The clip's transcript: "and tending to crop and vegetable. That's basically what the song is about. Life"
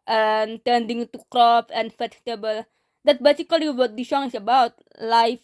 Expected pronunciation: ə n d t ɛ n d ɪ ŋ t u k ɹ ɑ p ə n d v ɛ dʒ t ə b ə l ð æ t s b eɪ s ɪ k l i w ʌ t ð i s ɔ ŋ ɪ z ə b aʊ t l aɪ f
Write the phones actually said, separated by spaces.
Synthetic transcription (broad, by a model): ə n t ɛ n d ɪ ŋ t u k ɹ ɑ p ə n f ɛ tʃ t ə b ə l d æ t b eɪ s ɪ k l i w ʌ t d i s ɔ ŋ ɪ s ə b aʊ t l aɪ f